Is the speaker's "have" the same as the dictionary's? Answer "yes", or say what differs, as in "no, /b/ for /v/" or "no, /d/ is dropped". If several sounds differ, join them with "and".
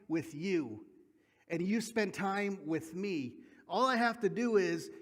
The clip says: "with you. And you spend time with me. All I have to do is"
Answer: no, /f/ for /v/